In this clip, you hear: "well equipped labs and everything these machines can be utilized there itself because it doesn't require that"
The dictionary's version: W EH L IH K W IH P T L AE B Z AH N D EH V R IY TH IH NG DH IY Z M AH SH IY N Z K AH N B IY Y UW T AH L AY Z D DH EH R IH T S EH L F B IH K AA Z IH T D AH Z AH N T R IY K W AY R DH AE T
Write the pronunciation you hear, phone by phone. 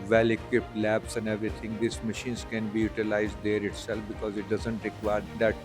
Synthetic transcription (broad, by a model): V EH L IH K W IH P T L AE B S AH N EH V R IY T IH NG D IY S M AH SH IY N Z K AH N B IY Y UW T AH L AY Z D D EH R IH T S EH L F B IH K AA Z IH T D AH Z AH N T R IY K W AY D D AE T